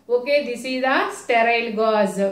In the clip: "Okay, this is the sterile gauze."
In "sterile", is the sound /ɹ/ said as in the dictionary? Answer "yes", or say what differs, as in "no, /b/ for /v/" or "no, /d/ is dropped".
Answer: yes